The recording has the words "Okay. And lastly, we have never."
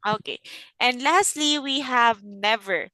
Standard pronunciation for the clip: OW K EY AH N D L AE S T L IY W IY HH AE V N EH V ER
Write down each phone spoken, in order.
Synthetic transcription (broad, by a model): OW K EY AH N D L AE S T L IY W IY HH AE V N EH V ER